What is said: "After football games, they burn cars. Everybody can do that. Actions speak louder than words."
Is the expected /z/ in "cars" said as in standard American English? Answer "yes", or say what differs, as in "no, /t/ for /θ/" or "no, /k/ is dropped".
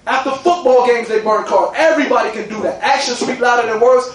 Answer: no, /z/ is dropped